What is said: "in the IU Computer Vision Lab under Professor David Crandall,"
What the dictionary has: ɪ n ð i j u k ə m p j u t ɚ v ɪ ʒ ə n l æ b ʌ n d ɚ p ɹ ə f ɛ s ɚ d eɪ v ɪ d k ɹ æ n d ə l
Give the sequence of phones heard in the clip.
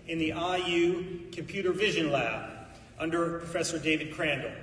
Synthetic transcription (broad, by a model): ɪ n ð i j u k ə m p j u t ɚ v ɪ ʒ ə n l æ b ʌ n d ɚ p ɹ ə f ɛ s ɚ d eɪ v ɪ d k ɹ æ n d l